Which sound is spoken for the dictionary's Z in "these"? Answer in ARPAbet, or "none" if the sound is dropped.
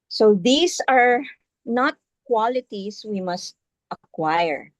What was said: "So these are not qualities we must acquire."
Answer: S